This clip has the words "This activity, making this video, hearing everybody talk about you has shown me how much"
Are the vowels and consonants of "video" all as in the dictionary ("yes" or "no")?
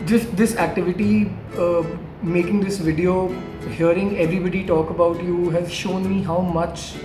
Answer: yes